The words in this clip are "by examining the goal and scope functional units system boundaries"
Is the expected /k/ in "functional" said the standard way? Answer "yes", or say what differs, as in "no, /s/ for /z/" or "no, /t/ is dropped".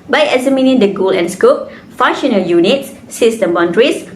no, /k/ is dropped